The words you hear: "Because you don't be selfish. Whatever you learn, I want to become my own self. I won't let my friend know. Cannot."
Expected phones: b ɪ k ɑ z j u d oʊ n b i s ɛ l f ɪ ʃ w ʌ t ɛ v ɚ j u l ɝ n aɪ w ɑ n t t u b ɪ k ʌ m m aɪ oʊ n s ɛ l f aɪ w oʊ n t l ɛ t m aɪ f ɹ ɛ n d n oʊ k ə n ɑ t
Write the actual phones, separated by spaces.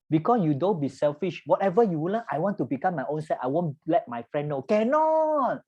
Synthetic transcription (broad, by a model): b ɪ k ɑ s j u d oʊ n b i s ɛ l f ɪ ʃ w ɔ t ɛ v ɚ j u w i l aɪ w ɑ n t t u b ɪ k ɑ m m aɪ oʊ n s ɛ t aɪ w oʊ n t l ɛ t m aɪ f ɹ ɛ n n oʊ k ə n ɑ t